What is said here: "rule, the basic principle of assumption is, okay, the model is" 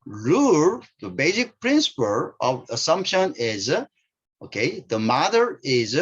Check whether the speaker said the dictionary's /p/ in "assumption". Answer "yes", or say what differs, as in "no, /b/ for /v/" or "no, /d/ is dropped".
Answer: yes